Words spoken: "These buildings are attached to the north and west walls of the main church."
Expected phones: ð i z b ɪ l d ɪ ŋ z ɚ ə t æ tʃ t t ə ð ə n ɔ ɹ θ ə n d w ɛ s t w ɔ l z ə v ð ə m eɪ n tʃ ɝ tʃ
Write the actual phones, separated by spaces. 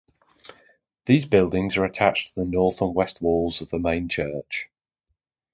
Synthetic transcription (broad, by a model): ð i z b ɪ l d ɪ ŋ z ɚ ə t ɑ tʃ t t ə ð ə n ɔ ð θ ə n w ɛ s t w ɔ l z ə v ð ə m eɪ n tʃ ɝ tʃ